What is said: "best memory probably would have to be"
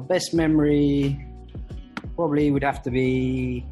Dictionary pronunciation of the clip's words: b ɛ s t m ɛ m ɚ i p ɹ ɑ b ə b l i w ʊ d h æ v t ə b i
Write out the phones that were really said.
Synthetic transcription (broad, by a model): b ɛ s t m ɛ m ɚ i p ɹ ɑ b ə b l i w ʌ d h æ f t ə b i